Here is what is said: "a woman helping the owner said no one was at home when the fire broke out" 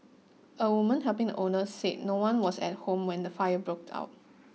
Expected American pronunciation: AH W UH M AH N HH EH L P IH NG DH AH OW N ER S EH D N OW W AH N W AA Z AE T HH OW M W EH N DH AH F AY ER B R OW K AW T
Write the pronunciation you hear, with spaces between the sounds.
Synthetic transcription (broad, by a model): AH W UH M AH N HH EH P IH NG OW N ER S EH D N OW W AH N W AA S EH T HH OW M W EH N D AH F AY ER B R OW K AW T